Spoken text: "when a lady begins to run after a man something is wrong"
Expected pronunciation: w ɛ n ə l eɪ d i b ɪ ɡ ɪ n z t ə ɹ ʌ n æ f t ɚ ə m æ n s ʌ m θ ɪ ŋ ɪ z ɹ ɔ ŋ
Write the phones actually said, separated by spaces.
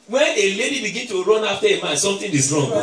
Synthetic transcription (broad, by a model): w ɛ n ə l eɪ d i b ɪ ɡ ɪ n t ə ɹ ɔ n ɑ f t ə m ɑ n s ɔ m t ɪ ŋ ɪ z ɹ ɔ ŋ